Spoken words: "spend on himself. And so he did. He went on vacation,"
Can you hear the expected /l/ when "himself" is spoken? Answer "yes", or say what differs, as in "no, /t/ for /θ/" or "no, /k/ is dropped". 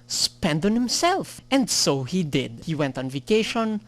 yes